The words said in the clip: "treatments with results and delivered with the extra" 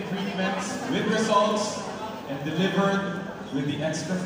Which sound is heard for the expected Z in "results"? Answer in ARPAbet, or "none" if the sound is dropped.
S